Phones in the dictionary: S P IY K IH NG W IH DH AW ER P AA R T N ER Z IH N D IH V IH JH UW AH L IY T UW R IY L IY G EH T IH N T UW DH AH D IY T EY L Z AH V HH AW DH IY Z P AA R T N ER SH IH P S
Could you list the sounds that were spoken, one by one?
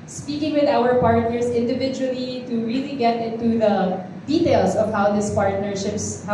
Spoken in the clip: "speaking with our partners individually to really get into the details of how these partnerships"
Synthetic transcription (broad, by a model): S P IY K IH NG W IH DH AW ER P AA R T N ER S IH N D IH V IH JH UW AH L IY T UW R IY L IY G EH T IH N T UW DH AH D IY T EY L S AH V HH AW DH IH S P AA R T N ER SH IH P S